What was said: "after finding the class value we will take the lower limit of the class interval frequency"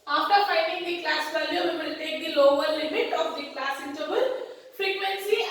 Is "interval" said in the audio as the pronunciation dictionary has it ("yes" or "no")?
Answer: no